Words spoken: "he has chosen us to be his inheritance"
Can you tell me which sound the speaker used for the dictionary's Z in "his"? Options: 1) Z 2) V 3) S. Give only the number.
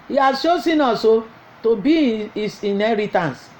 3